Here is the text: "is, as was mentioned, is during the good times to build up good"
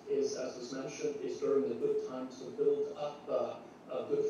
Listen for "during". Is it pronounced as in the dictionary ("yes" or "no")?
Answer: yes